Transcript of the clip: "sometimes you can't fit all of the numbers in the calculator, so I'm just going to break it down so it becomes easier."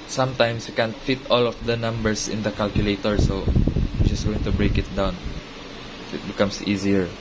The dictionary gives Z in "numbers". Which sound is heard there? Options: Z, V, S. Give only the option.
S